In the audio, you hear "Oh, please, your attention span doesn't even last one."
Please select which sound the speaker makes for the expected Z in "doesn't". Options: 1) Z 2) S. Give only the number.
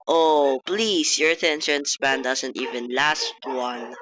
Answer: 2